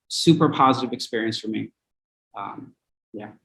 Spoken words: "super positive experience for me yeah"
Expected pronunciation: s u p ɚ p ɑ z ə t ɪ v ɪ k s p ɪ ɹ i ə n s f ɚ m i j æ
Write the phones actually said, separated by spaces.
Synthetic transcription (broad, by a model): s u p ɚ p ɑ z ə t ɪ v ɪ k s p ɪ ɹ i ə n s f ɚ m i j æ